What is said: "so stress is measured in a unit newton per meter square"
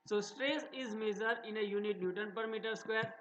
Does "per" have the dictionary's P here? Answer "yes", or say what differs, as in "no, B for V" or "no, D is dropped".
yes